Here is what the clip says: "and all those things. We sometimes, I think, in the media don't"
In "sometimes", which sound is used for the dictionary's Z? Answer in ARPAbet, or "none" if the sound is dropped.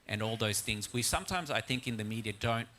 Z